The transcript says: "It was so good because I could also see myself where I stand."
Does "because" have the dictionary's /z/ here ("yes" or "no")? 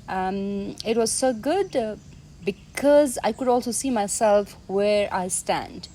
yes